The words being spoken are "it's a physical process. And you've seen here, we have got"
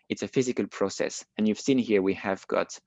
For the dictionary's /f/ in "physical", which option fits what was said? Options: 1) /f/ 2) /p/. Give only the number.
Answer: 1